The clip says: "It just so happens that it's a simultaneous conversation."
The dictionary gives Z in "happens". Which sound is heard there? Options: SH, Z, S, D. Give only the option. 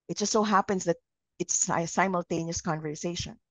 S